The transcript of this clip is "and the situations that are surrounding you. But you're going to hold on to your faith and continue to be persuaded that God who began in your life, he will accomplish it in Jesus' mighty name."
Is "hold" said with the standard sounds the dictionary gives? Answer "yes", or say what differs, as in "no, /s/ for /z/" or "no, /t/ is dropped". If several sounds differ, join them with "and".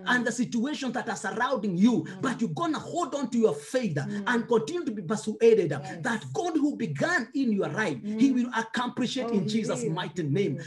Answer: yes